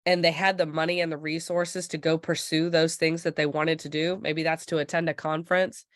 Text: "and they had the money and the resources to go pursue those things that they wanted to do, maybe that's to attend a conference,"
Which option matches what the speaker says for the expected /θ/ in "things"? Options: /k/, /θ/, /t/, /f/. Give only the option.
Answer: /θ/